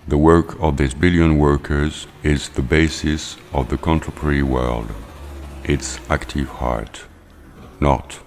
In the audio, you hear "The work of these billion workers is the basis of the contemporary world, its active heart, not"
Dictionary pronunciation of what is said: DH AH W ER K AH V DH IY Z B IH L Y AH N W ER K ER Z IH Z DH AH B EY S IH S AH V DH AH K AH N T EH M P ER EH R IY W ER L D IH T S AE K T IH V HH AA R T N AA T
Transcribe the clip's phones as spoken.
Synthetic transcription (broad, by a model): DH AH W ER K AH V DH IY S B IH L Y AH N W ER K ER Z IH Z DH AH B EY S IH S AH V DH AH K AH N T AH P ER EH R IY W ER L D IH T S AE K T IH V HH AA R T N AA T